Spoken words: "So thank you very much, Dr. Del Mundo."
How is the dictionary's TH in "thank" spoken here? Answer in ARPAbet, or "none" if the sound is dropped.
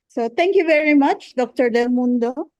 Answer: T